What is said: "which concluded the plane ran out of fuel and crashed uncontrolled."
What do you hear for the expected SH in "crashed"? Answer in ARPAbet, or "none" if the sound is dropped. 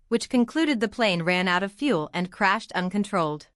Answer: SH